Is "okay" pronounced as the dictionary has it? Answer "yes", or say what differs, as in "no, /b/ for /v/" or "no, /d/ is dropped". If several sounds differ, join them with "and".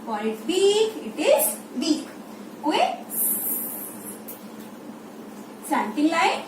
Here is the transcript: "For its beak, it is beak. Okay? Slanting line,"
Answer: no, /k/ is dropped